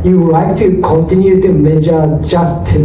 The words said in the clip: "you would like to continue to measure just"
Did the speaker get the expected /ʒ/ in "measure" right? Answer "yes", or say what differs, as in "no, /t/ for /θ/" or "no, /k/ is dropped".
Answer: no, /s/ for /ʒ/